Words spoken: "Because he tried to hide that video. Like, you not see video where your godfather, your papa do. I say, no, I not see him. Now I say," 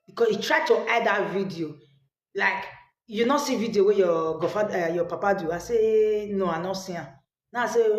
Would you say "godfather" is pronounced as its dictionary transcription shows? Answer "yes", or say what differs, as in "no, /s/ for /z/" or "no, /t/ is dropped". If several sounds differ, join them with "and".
no, /ð/ is dropped